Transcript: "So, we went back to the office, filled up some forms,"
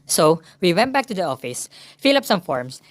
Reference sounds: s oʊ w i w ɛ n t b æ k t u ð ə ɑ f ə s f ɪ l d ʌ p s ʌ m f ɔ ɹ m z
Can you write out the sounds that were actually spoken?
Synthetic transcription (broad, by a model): s oʊ w i w ɛ n t b æ k t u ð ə ɑ f ə s f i l ʌ p s ʌ m f ɔ ɹ m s